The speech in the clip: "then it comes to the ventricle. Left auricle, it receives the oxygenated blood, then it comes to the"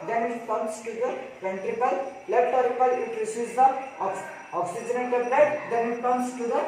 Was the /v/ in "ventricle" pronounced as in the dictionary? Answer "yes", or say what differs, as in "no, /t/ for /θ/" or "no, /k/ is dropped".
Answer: no, /p/ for /v/